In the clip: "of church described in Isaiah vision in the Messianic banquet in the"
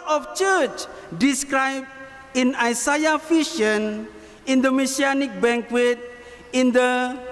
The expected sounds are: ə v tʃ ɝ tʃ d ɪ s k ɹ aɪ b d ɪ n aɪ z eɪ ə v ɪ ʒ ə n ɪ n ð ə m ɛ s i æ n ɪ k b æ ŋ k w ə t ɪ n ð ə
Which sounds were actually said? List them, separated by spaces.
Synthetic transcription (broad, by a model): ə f tʃ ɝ tʃ d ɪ s k ɹ aɪ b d ɪ n aɪ s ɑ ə f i ʃ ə n ɪ n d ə m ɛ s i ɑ n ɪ k b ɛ ŋ k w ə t ɪ n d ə